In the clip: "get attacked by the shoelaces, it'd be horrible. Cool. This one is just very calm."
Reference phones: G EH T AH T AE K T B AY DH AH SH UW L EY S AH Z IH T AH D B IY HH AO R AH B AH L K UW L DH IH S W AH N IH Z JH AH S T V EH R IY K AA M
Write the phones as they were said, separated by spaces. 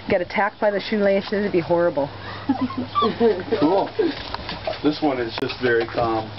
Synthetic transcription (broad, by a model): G EH T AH T AE K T B AY DH AH SH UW L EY SH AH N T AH B IY HH AO R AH B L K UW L DH IH S W AH N IH Z JH AH S T V EH R IY K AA M